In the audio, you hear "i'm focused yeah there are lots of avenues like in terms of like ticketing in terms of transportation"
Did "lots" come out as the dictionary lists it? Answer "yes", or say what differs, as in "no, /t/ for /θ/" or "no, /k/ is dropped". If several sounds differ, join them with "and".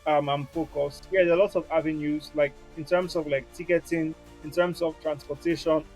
no, /s/ is dropped